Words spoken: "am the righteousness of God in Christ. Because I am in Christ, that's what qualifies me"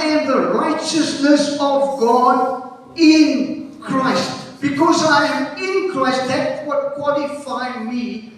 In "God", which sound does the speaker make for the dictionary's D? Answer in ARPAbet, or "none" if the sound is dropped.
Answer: D